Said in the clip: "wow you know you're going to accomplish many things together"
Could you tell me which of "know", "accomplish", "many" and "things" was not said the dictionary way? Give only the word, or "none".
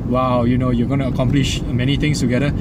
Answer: things